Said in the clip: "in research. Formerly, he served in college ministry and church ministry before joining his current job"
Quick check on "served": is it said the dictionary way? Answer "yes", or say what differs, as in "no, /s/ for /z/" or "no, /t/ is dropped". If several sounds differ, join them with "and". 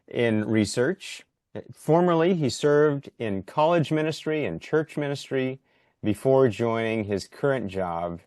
yes